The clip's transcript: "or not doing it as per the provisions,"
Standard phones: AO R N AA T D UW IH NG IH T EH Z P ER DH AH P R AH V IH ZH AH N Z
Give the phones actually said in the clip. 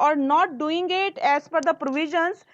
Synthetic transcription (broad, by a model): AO R N AA T D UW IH NG IH T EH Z F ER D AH P R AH V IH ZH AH N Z